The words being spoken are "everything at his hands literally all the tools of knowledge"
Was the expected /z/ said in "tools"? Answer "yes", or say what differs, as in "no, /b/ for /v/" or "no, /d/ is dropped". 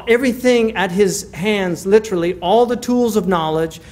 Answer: yes